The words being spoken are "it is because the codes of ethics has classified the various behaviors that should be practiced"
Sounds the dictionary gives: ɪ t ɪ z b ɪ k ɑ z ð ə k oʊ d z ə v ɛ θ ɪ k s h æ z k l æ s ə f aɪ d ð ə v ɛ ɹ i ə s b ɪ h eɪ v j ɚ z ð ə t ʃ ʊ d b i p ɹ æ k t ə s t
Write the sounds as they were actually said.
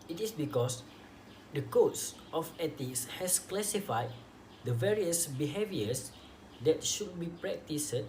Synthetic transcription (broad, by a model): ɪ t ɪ s b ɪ k ɑ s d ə k oʊ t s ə f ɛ t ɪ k s h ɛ s k l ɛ s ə f aɪ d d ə v ɛ ɹ i ə s b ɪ h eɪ v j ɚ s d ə t ʃ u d b i p ɹ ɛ k t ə s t